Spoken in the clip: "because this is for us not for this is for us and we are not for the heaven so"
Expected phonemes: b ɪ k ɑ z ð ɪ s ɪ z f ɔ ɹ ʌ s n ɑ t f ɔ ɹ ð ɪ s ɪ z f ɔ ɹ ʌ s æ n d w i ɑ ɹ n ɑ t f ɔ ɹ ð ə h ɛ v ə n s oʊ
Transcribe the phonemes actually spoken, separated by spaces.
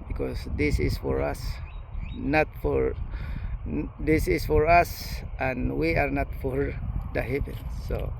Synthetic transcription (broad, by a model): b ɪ k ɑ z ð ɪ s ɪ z f ɔ ɹ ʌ s n ɑ t f ɔ ɹ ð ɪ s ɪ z f ɔ ɹ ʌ s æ n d w i ɑ ɹ n ɑ t f ɔ ɹ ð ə h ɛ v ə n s oʊ